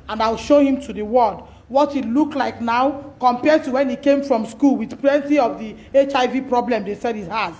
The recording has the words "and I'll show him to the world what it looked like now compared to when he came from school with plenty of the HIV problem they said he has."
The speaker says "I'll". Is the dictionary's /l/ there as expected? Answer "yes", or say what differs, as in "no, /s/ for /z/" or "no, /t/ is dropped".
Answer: yes